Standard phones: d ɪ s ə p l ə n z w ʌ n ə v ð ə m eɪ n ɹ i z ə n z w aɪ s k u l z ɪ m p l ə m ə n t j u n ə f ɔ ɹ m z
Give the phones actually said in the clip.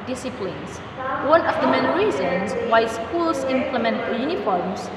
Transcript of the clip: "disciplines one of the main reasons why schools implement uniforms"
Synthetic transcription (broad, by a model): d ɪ s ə p l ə n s w ʌ n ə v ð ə m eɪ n ɹ i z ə n s w aɪ s k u l s ɪ m p l ə m ə n t j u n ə f ɔ ɹ m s